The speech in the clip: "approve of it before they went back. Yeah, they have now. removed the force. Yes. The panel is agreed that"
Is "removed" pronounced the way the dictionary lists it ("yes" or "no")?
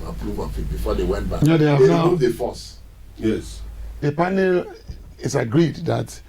no